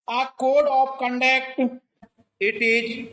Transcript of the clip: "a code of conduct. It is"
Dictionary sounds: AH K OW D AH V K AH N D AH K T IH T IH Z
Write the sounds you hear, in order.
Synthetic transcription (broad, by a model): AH K OW D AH P K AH N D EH K T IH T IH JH